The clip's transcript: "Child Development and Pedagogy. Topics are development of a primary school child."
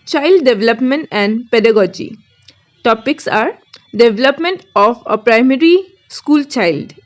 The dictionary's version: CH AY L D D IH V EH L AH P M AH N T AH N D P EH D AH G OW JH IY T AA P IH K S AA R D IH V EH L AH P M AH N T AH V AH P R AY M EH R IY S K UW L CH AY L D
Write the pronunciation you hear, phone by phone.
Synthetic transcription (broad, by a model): CH AY L D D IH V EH L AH P M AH N T AH N D P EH D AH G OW JH IY T AA P IH K S AA R D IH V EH L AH P M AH N T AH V AH P R AY M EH R IY S K UW L CH AY L D